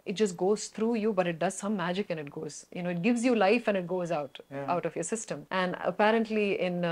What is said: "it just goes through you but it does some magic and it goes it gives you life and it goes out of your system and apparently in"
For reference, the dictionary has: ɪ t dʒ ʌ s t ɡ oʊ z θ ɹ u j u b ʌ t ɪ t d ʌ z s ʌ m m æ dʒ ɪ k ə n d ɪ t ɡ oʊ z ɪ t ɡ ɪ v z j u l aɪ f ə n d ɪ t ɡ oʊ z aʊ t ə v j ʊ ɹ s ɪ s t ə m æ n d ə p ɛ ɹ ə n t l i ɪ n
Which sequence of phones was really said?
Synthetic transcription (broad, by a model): ɪ t dʒ ʌ s t ɡ oʊ z t ɹ u j u b ʌ t ɪ t d ʌ z s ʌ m m æ dʒ ɪ k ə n ɪ t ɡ oʊ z ɪ t ɡ ɪ v z j u l aɪ f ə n ɪ t ɡ oʊ z aʊ t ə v j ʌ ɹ s ɪ s t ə m æ n d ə p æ ɹ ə n t l i ɪ n